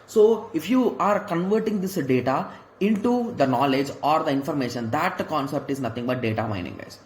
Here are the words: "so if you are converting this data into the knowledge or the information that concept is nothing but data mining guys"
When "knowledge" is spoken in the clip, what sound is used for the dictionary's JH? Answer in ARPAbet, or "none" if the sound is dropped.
JH